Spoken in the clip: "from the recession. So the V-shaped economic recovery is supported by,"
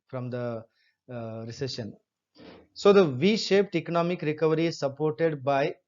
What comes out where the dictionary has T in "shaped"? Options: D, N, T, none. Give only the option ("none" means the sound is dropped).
T